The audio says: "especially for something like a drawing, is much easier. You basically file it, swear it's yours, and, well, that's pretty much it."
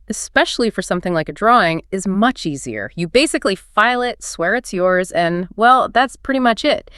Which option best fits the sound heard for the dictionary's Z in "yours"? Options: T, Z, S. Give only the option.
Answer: Z